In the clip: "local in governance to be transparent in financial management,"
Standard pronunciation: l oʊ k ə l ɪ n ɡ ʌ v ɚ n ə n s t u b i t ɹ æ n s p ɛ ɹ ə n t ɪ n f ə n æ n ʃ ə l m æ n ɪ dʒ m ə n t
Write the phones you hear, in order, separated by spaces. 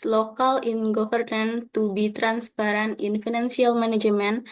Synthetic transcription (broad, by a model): l oʊ k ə l ɪ n ɡ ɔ f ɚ n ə n t u b i t ɹ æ n s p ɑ ɹ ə n ɪ n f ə n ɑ n s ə l m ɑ n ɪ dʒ m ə n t